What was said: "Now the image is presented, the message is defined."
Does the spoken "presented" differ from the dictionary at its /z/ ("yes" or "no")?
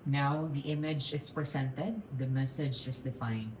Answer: yes